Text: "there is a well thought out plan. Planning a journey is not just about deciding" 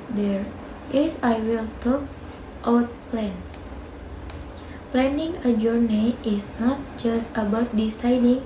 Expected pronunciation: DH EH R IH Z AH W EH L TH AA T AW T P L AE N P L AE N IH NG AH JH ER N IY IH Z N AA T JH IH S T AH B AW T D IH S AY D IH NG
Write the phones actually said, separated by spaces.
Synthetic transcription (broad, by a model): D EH R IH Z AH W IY L T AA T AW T P L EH N P L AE N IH NG AH JH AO N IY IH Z N AA T JH IH S T AH B AW T D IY S AY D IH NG